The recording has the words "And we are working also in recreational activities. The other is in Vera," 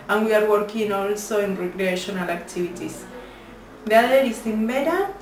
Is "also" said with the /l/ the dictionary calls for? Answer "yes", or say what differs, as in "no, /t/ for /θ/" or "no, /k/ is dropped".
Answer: yes